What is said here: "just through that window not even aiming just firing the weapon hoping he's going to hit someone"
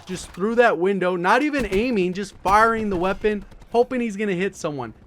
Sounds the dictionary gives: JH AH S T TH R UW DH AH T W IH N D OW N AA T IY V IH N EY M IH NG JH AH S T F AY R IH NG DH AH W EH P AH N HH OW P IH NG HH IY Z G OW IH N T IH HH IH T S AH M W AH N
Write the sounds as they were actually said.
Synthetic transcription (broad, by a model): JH AH S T TH R UW DH AH T W IH N D OW N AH T IY V IH N EY M IH NG JH AH S T F AY R IH NG DH AH W EH P AH N HH OW P IH NG HH IY Z G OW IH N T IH HH IH T S AH M W AH N